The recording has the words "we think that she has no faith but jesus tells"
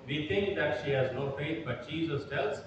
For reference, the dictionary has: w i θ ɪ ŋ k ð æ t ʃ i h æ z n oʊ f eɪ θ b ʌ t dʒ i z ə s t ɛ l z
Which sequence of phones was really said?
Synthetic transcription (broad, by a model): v i t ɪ ŋ k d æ t ʃ i h æ z n oʊ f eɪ t b ʌ t tʃ i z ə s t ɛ l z